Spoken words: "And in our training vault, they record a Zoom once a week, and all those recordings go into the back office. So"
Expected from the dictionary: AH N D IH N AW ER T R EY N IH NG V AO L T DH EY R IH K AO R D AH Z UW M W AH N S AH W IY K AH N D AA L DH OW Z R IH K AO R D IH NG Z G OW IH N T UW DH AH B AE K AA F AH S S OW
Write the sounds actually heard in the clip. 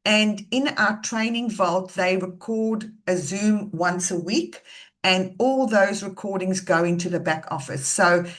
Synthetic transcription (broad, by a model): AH N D IH N AW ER T R EY N IH NG V AO L T DH EY R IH K AO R D AH Z UW M W AH N S AH W IY K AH N AA L DH OW Z R IH K AO R D IH NG Z G OW IH N T UW DH AH B AE K AA F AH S S OW